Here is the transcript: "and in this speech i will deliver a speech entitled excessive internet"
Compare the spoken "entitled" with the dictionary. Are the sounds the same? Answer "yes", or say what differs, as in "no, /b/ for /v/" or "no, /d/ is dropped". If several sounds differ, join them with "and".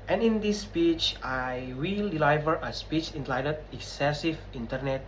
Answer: no, /l/ is dropped